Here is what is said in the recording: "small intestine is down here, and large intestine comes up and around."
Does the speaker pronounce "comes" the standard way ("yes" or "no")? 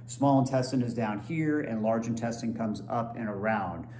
yes